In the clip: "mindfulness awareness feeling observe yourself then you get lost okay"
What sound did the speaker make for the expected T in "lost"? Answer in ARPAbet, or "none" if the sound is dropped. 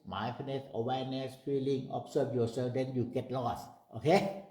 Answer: T